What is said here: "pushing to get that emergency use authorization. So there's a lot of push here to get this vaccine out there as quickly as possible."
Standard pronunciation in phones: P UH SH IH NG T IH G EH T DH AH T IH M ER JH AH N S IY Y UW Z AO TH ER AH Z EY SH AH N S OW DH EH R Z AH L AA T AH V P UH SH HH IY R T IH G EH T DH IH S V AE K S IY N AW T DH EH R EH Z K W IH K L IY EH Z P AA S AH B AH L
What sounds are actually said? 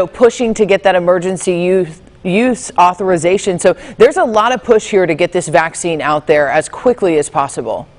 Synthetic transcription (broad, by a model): P UH SH IH NG T IH G EH T DH AH T IH M ER JH AH N S IY Y UW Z AO TH ER AH Z EY SH AH N S OW DH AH R Z AH L AA T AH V P UH SH HH IY R T IH G EH T DH IH S V AE K S IY N AW T DH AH R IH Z K W IH K L IY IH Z P AA S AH B L